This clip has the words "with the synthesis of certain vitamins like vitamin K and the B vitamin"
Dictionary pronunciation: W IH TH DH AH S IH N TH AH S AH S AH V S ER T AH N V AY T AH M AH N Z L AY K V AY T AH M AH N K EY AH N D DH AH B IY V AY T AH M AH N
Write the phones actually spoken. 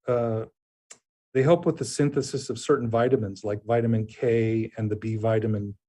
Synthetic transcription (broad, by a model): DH IH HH DH AH S IH N TH AH S AH S AH V S ER T N V AY T AH M AH N Z L AY K V AY T AH M AH N K EY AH N DH AH B IY V AY T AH M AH N